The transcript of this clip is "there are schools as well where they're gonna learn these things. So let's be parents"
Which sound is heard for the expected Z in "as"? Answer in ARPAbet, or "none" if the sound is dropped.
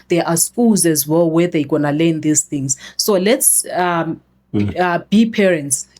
Z